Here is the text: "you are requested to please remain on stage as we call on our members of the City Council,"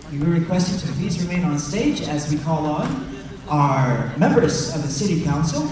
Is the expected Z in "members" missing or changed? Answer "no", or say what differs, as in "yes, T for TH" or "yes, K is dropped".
no